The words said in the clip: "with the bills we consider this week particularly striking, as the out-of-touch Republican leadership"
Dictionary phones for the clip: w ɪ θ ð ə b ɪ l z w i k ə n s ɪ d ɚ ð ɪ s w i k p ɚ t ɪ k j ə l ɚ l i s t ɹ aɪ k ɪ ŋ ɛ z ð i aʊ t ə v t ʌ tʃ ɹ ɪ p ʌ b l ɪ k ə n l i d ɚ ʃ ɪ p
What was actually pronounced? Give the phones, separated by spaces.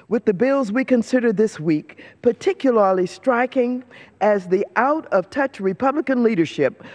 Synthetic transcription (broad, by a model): w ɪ ð ə b ɪ l z w i k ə n s ɪ d ɚ ð ɪ s w i k p ɚ t ɪ k j l ɚ l i s t ɹ aɪ k ɪ ŋ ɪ z ð i aʊ t ə v t ʌ tʃ ɹ ɪ p ʌ b l ɪ k ə n l i d ɚ ʃ ɪ p